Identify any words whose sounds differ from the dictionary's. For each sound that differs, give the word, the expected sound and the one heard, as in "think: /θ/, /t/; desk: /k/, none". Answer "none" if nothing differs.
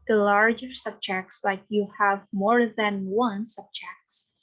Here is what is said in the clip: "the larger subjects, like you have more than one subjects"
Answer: none